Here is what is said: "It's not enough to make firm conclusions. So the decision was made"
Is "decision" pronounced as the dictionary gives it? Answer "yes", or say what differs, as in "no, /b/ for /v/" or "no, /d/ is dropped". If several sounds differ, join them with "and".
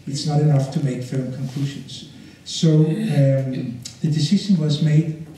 no, /ʃ/ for /ʒ/